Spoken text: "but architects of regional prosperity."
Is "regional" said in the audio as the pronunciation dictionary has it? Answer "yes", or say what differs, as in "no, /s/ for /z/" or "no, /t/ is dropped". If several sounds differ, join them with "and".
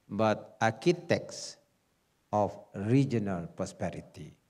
yes